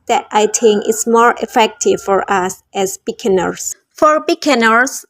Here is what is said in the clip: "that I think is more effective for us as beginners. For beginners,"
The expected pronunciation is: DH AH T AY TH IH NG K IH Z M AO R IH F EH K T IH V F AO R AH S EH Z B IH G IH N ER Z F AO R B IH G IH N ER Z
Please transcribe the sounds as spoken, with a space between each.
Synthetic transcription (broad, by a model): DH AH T AY T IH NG IH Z M AO R IH F EH K T IH V F AO R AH S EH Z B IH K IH N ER S F AO R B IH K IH N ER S